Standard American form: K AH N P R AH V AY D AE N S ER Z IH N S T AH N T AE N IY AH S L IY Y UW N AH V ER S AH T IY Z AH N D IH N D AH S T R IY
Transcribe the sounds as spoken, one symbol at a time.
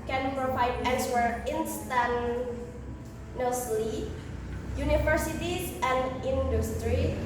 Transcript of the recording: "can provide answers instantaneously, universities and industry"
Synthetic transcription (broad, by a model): K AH N P R AH V AY D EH L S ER IH N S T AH N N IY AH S L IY Y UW N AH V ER S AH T IY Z AH N D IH N D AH S T R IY